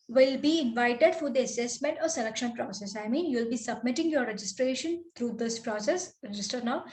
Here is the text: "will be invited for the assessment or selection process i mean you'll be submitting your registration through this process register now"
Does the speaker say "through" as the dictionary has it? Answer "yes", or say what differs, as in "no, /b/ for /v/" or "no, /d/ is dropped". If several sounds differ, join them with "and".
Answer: no, /t/ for /θ/